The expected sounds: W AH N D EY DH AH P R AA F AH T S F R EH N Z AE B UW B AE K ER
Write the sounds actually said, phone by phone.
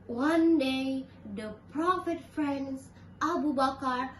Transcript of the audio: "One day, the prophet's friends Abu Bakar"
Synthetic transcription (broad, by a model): W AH N D EY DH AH P R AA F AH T F R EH N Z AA B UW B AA K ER